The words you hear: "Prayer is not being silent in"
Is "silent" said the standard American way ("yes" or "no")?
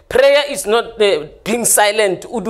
yes